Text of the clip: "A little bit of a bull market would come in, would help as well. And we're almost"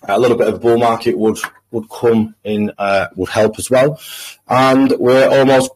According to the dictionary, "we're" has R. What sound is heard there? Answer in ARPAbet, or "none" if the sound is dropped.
R